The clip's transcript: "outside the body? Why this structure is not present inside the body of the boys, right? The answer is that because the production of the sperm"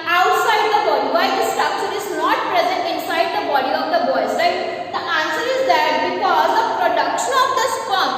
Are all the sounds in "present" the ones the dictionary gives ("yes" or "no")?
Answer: yes